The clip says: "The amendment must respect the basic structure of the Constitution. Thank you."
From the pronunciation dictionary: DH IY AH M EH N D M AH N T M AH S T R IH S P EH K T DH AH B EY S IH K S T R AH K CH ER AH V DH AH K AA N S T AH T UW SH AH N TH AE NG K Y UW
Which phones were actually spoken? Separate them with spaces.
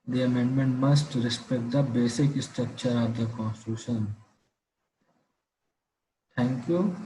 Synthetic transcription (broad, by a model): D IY AH M EH N D M AH N T M AH S T R IH S P EH K T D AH B EY S IH K S T R AH K CH ER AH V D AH K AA N S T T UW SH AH N T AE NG K Y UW